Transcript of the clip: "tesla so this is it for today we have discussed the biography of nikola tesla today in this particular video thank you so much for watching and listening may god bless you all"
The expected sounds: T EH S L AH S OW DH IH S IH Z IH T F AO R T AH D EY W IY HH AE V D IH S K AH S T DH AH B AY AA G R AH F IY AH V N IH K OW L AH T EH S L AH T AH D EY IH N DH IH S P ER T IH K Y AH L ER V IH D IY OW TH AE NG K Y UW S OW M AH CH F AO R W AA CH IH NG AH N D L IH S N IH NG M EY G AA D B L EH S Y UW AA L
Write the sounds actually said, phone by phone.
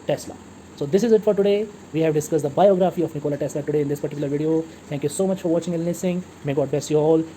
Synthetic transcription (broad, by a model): T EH S L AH S OW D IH S IH Z IH T F AO R T AH D EY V IY HH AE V D IH S K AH S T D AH B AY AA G R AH F IY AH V N IH K OW L AH T EH S L AH T AH D EY IH N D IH S P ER T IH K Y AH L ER V IH D IY OW T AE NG K Y UW S OW M AH CH F AO R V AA CH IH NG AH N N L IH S IH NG M EY G AA D B L EH S Y UW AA L